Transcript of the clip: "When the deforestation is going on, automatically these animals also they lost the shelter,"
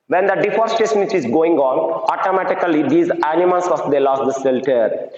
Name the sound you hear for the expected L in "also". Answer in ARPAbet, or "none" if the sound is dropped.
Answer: none